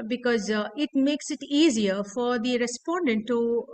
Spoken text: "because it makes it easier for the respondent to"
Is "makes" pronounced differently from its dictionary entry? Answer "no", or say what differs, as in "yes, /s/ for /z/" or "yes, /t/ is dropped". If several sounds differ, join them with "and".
no